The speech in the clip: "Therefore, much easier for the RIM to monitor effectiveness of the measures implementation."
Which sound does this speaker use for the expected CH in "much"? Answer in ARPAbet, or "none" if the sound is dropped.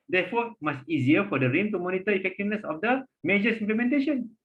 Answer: S